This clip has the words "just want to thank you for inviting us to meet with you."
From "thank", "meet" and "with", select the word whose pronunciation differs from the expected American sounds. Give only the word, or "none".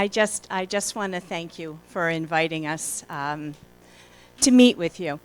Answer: none